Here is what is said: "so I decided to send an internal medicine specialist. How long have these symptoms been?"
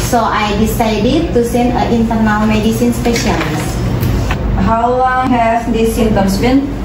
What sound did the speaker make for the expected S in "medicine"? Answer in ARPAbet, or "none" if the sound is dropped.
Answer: S